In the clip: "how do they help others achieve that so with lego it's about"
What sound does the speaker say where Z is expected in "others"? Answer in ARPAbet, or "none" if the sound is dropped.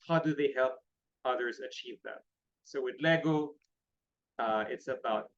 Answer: Z